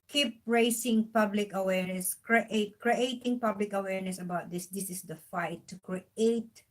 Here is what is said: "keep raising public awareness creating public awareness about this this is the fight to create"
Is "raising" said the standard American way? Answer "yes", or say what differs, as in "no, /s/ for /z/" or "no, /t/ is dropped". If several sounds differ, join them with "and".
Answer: no, /s/ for /z/